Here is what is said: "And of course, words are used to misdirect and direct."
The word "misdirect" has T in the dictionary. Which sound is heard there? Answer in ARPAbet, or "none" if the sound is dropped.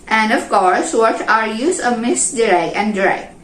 none